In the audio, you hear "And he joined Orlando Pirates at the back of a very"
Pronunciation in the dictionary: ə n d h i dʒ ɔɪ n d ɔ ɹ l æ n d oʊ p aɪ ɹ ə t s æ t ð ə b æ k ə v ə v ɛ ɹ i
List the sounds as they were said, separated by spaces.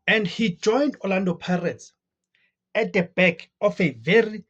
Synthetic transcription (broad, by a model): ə n d h i dʒ ɔɪ n d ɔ l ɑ n d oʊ p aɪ ɹ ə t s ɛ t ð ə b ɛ k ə f ə v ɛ ɹ i